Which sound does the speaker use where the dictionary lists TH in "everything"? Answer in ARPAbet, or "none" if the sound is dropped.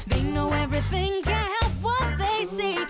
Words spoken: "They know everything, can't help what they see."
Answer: TH